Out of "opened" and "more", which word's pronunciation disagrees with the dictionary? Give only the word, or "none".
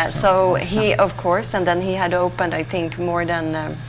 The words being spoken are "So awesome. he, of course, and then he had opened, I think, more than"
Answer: none